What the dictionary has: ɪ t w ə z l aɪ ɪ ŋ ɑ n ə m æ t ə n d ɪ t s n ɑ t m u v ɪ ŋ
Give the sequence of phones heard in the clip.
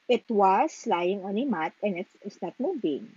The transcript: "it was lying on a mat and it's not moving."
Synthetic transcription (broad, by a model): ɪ t w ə s l aɪ ɪ ŋ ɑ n ə m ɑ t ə n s ɪ t s n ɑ t m u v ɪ ŋ